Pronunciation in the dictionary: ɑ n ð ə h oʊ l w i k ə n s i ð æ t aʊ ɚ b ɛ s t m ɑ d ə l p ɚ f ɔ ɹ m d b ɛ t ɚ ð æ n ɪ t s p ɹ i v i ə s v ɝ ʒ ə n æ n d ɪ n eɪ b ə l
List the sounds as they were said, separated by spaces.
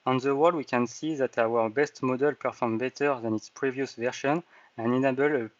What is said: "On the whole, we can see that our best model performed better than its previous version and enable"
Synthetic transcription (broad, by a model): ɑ n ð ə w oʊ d w i k ə n s i ð æ t aʊ ɚ b ɛ s t m ɑ d ə l p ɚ f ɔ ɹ m b ɛ t ɚ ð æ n ɪ t s p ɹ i v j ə s v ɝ ʃ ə n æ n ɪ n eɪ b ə l